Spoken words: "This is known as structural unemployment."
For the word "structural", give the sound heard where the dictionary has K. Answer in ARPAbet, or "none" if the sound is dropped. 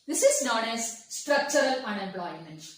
K